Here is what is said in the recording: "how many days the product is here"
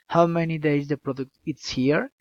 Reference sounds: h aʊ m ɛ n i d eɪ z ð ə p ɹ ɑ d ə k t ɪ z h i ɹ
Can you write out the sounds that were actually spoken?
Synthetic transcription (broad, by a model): h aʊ m ɛ n i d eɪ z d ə p ɹ ɑ d ə k t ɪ s h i ɹ